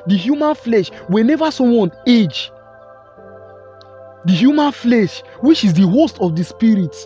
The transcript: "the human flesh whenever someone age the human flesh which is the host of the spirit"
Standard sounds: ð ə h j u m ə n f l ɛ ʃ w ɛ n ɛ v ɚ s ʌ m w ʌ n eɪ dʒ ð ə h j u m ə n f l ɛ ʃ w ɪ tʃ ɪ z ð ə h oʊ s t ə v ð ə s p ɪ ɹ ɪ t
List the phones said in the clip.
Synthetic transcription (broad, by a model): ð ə h j u m ə n f l ɛ ʃ w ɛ n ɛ v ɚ s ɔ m w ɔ n eɪ dʒ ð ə h j u m ə n f l ɛ ʃ w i tʃ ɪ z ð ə h oʊ s t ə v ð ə s p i ɹ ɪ t